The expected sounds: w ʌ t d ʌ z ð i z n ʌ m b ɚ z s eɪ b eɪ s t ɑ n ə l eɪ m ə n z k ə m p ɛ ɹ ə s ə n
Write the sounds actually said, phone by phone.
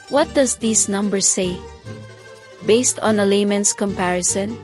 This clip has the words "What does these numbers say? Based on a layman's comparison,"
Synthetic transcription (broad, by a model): w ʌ t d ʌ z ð i s n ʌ m b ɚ s eɪ b eɪ s t ɑ n ə l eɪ m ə n s k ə m p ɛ ɹ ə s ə n